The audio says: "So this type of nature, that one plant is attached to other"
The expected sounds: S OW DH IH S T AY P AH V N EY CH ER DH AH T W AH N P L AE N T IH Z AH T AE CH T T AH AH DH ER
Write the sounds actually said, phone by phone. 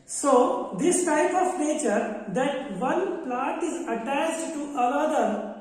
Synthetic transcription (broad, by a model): S OW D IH S T AY P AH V N EY CH ER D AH T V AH N P L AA T IH Z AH T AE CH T T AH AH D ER